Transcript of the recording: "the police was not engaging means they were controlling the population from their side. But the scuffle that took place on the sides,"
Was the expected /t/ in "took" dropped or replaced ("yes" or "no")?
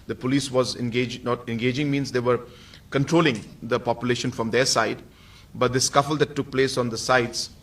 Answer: no